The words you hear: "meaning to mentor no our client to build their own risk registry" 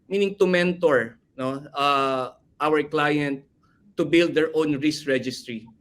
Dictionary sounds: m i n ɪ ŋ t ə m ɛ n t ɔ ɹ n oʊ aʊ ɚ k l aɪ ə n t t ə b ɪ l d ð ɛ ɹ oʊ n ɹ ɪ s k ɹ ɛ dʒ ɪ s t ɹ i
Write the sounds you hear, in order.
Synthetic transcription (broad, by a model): m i n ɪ ŋ t ə m ɛ n t ɔ ɹ n oʊ aʊ ɚ k l aɪ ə n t t ə b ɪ l d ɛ ɹ oʊ n ɹ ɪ s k ɹ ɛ dʒ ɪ s t ɹ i